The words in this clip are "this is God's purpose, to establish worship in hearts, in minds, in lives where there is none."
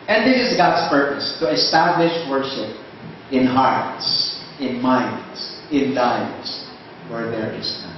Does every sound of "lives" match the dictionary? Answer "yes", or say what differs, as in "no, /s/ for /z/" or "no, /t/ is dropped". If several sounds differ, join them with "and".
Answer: no, /v/ is dropped